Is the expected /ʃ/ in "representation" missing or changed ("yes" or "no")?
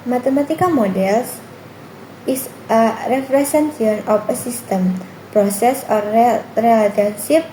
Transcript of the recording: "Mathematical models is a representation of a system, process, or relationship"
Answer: yes